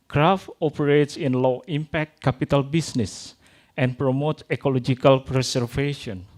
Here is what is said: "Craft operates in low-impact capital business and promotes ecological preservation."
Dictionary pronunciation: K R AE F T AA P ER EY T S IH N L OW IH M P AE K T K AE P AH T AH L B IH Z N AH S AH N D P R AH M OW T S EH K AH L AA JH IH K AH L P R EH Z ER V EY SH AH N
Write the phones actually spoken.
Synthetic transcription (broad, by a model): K R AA F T AA P ER EY T S IH N L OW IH M P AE K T K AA P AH T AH L B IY S N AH S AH N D P R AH M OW T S EH K AH L AA JH IH K AH L P R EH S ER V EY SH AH N